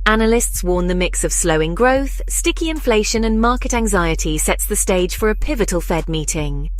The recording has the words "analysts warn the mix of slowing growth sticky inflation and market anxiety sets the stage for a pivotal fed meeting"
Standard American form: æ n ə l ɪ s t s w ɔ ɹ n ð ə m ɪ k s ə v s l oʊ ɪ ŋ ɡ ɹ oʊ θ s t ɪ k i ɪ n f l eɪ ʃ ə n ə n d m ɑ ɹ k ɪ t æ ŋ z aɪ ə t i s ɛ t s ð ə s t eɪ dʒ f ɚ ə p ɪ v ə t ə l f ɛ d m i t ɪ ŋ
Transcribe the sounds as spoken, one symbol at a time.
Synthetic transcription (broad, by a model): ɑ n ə l ɪ s t s w ɔ n ð ə m ɪ k s ə v s l oʊ ɪ ŋ ɡ ɹ oʊ θ s t ɪ k i ɪ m f l eɪ ʃ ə n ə n m ɑ k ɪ t æ ŋ z aɪ ə t i s ɛ t s ð ə s t eɪ dʒ f ɚ ə p ɪ v ə t ə l f ɛ d m i t ɪ ŋ